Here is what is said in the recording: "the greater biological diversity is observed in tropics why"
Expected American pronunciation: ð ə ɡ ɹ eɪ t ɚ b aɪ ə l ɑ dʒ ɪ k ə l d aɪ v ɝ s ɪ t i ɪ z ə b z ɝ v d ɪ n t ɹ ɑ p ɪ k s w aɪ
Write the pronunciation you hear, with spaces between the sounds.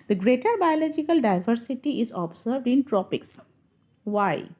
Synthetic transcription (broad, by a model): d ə ɡ ɹ eɪ t ɚ b aɪ ə l ɑ dʒ ɪ k ə l d aɪ v ɝ s ɪ t i ɪ z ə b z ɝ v d ɪ n t ɹ ɑ p ɪ k s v aɪ